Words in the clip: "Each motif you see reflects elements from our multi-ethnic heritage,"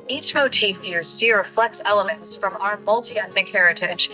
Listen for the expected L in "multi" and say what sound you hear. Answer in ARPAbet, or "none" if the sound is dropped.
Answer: L